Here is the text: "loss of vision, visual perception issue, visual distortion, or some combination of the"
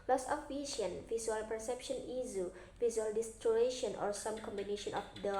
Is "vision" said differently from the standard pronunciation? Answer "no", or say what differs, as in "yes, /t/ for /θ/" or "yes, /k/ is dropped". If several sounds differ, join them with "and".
yes, /s/ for /ʒ/